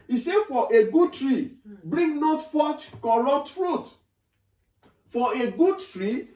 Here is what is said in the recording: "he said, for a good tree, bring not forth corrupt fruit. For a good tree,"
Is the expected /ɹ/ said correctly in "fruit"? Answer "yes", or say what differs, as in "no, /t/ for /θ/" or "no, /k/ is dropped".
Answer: yes